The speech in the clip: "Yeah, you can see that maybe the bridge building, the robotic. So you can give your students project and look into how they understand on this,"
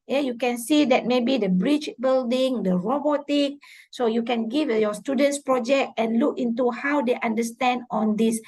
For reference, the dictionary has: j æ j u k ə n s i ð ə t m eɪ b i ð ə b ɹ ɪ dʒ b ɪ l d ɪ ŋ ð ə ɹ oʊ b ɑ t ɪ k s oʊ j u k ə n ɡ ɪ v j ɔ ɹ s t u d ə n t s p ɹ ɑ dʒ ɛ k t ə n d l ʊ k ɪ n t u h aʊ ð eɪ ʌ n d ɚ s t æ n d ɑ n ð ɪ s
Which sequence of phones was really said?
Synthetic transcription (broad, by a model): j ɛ j u k ə n s i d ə t m eɪ b i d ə b ɹ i tʃ b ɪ l d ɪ ŋ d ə ɹ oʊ b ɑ t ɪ k s oʊ j u k ə n ɡ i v j ɔ s t u d ə n t s p ɹ ɑ dʒ ɛ k t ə n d l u k ɪ n t u h aʊ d eɪ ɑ n d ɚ s t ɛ n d ɑ n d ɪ s